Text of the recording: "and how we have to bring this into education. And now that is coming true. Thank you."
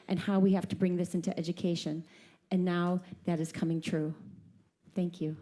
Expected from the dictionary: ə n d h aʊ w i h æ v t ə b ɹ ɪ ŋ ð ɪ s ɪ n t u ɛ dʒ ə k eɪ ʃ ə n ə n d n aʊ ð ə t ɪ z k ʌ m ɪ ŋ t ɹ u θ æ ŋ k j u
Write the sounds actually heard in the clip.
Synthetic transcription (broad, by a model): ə n h aʊ w i h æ f t ə b ɹ ɪ ŋ ð ɪ s ɪ n t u ɛ dʒ ə k eɪ ʃ ə n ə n n aʊ ð ə t ɪ z k ʌ m ɪ ŋ t ɹ u θ æ ŋ k j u